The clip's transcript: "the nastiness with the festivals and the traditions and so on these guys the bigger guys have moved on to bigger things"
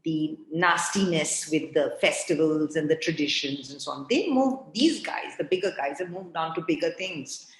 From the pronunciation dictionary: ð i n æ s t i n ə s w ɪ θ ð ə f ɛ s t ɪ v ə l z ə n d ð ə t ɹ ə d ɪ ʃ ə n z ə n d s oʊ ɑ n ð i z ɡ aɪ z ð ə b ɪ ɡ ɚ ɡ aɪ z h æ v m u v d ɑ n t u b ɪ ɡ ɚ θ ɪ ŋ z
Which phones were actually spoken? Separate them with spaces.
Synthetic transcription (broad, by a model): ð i n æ s t i n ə s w ɪ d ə f ɛ s t ɪ v ə l z ə n d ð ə t ɹ ə d ɪ ʃ ə n z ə n s oʊ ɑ n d i z ɡ aɪ z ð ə b ɪ ɡ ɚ ɡ aɪ z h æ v m u v d ɑ n t u b ɪ ɡ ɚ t ɪ ŋ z